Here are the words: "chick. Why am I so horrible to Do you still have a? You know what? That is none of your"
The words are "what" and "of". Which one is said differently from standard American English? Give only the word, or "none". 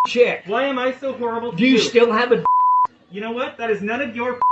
none